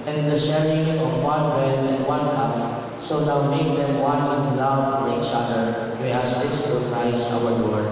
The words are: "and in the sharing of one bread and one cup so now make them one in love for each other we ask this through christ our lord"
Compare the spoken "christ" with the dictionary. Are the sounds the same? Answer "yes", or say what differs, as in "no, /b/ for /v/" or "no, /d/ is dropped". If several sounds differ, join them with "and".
no, /t/ is dropped